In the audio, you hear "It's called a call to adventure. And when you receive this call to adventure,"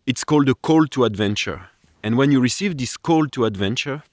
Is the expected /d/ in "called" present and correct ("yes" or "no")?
yes